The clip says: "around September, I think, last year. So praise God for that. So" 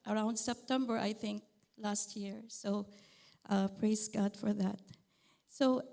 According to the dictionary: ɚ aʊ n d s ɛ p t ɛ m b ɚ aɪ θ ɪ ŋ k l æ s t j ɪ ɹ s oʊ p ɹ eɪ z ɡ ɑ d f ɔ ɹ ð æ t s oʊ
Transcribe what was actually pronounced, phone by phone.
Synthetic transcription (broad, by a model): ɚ aʊ n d s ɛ p t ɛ m b ɚ aɪ θ ɪ ŋ k l æ s t j ɪ ɹ s oʊ p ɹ eɪ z ɡ ɑ d f ɔ ɹ ð æ t s oʊ